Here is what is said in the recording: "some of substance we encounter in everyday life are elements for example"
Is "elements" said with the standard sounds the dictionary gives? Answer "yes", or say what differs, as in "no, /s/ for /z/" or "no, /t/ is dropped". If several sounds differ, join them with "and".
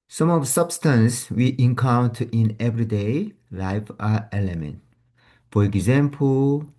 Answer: no, /s/ is dropped